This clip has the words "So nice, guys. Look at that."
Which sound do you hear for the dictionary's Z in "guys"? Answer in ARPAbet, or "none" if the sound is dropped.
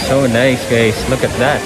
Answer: S